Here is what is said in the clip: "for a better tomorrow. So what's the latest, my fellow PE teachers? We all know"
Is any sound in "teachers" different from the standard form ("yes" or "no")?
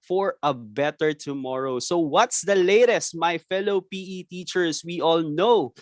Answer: yes